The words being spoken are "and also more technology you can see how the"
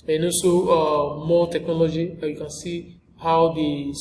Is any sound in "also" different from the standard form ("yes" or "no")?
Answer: yes